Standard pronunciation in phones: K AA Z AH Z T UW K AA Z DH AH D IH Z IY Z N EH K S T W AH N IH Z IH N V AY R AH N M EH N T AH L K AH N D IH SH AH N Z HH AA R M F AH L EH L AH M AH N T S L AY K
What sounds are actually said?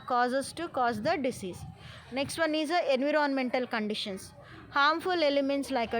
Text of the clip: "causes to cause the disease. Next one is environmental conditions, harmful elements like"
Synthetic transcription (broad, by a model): K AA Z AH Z T UW K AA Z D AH D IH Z IY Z N EH K S T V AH N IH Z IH N V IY R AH N M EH N T AH L K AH N D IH SH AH N S HH AA R M F AH L EH L AH M AH N T S L AY K